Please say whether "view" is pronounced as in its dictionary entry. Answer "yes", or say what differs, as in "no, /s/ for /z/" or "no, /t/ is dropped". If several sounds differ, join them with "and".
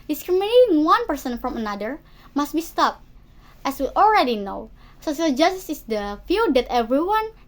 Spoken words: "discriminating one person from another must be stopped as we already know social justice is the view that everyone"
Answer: no, /f/ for /v/